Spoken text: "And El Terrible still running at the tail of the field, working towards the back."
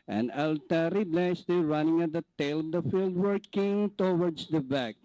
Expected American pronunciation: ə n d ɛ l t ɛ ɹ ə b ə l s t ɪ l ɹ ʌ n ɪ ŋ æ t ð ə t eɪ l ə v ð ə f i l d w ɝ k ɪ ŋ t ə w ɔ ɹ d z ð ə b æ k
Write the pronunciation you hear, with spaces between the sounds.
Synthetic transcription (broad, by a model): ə n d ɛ l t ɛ ɹ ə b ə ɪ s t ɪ ɹ ʌ n ɪ ŋ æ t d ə t eɪ l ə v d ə f i l d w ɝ k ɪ ŋ t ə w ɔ ɹ d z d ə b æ k